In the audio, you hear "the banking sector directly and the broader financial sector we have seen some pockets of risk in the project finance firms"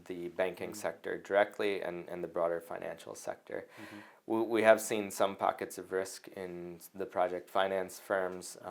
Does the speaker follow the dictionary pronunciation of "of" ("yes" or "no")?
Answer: yes